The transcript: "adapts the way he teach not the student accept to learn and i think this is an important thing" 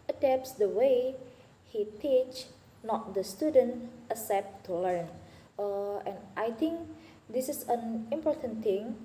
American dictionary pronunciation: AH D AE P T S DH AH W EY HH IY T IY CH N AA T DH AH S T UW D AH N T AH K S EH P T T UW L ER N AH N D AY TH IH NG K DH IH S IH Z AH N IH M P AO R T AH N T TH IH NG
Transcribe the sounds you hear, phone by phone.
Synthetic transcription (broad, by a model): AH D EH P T S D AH W EY HH IY T IY CH N AA T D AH S T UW D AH N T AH S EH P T T UW L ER N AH N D AY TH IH NG K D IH S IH S AH N IH M P AO R T AH N T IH NG